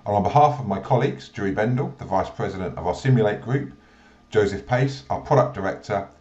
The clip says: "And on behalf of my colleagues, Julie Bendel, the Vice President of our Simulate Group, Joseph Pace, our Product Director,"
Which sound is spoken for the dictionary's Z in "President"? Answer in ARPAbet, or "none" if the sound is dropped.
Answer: Z